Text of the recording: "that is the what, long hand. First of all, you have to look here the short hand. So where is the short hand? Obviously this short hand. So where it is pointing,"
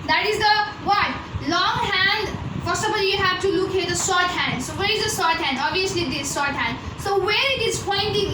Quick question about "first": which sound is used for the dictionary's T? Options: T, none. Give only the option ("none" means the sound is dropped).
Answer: none